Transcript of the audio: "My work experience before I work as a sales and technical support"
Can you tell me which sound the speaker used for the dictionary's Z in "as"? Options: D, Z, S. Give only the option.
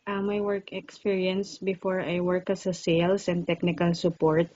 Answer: S